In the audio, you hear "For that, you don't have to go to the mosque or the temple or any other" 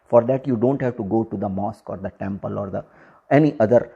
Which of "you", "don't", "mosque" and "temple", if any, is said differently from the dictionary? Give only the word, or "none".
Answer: none